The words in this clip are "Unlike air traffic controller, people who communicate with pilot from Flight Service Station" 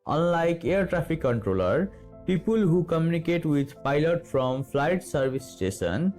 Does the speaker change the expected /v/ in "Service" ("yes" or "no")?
yes